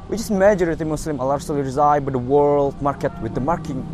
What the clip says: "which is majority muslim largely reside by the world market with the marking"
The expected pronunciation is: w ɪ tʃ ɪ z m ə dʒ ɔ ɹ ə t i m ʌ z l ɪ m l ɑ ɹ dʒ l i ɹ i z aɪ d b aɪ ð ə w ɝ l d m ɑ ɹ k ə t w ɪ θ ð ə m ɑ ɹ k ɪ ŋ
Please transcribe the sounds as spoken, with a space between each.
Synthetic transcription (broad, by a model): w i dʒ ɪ s m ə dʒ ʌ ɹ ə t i m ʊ s l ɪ m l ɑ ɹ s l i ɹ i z aɪ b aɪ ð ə w ɝ l d m ɑ ɹ k ə t w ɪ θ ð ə m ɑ ɹ k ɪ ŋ